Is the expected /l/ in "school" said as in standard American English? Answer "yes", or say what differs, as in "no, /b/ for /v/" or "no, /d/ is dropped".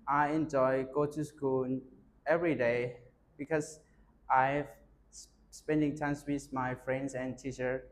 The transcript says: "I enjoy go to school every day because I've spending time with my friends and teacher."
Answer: no, /n/ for /l/